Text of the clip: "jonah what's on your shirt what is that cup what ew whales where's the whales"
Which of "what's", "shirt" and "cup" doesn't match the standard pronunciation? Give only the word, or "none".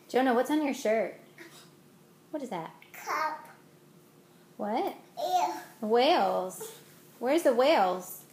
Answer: none